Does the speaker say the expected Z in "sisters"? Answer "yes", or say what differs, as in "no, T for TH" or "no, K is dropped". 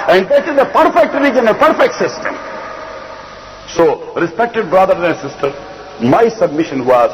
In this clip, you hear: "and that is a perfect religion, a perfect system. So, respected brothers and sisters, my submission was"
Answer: no, Z is dropped